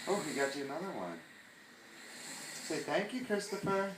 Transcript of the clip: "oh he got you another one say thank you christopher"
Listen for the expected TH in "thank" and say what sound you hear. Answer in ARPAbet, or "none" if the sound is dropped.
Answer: TH